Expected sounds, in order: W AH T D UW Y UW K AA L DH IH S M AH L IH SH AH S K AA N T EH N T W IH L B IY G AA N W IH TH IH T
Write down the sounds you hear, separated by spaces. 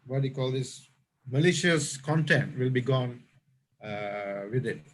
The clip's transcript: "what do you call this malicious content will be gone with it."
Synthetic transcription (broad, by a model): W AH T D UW K AA L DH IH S M AH L IH SH AH S K AA N T EH N T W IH L B IY G AA N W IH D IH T